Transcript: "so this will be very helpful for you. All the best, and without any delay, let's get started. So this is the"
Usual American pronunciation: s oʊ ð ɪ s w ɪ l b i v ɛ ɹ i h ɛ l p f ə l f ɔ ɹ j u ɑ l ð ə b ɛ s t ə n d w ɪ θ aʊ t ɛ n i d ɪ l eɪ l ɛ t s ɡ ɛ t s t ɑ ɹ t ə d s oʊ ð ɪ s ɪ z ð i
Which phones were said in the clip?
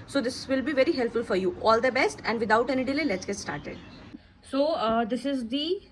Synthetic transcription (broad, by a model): s oʊ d ɪ s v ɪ l b i v ɛ ɹ i h ɛ l p f ə l f ɔ ɹ j u ɑ l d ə b ɛ s t ə n d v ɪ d aʊ t ɛ n i d ɪ l eɪ l ɛ t s ɡ ɛ t s t ɑ ɹ t ə d s oʊ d ɪ s ɪ z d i